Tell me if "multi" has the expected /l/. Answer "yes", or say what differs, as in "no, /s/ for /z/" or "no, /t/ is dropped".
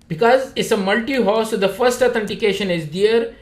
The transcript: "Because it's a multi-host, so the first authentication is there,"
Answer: yes